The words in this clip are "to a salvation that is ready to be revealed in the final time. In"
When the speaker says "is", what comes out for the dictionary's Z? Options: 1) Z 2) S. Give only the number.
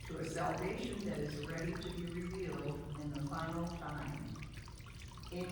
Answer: 1